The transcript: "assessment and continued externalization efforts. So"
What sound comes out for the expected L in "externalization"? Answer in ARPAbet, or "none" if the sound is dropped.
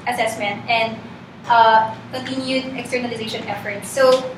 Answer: L